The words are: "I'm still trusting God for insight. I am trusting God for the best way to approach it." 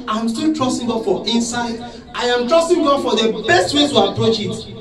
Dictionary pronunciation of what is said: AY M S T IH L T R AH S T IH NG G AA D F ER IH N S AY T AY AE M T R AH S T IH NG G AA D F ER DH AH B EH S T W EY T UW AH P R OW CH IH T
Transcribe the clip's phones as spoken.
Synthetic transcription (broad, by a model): AY M S T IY L T R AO S T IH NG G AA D F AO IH N S AY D AY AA M T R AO S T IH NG G AA D F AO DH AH B EH S T W EY S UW AH P R OW CH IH T